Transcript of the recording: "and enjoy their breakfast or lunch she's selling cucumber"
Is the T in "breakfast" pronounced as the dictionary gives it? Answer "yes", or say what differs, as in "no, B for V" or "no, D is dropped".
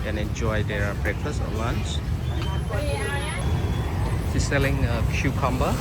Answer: no, T is dropped